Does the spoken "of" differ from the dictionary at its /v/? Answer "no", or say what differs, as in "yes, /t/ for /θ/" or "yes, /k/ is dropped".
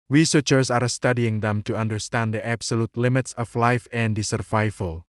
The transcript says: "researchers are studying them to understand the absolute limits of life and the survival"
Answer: yes, /f/ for /v/